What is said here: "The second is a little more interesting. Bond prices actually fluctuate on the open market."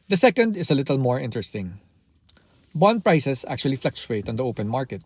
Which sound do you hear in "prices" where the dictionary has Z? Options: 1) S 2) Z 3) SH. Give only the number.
1